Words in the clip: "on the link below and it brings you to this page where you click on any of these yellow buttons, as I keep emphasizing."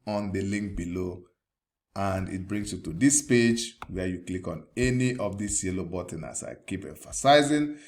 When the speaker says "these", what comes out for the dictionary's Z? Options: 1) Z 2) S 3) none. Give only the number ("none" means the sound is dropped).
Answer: 2